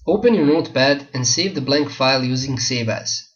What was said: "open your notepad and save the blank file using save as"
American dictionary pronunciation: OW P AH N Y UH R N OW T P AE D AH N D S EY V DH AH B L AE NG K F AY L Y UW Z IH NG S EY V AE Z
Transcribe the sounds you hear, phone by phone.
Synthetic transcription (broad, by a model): OW P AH N Y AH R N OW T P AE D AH N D S EY V DH AH B L AE NG K F AY L Y UW Z IH NG S EY V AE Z